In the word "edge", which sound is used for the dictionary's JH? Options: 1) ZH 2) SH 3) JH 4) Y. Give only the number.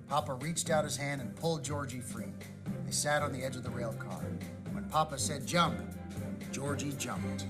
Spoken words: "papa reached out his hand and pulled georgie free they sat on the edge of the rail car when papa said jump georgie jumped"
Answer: 3